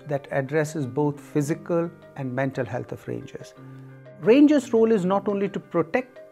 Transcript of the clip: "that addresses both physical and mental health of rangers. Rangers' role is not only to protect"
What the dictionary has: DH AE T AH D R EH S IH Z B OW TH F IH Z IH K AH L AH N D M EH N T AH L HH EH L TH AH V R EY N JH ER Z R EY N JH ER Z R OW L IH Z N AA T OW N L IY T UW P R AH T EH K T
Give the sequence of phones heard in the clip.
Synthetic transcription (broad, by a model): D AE T AH D R EH S IH Z B OW T F IH Z IH K AH L AH N D M EH N T AH L HH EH L T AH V R EY N JH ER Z R EY N JH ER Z R OW L IH Z N AA T OW N L IY T UW P R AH T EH K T